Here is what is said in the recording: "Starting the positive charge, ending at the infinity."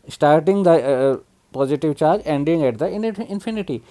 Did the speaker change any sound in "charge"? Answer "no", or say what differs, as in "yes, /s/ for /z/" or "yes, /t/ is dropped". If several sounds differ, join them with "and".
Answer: no